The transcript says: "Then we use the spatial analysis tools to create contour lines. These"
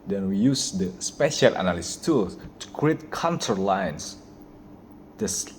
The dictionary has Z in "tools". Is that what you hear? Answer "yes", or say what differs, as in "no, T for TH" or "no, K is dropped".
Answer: no, Z is dropped